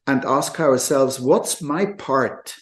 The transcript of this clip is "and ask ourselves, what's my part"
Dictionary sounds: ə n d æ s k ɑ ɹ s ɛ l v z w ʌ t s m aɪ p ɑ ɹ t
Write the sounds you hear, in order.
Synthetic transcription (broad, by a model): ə n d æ s k ɑ ɹ s ɛ l v z w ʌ t s m aɪ p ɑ ɹ t